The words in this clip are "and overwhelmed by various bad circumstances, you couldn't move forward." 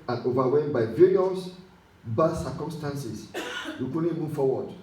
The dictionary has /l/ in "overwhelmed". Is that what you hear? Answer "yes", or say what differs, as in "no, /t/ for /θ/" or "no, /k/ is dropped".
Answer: no, /l/ is dropped